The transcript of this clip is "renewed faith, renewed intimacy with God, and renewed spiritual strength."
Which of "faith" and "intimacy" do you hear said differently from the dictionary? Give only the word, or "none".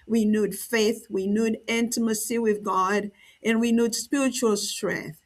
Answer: none